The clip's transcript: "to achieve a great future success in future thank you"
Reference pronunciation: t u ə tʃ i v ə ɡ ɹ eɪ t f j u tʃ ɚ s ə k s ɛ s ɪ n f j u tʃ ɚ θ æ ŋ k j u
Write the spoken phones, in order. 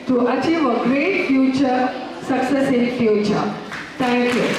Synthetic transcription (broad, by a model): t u ə tʃ i v ə ɡ ɹ eɪ t f j u tʃ ɚ s ə k s ɛ s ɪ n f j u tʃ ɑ t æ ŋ k j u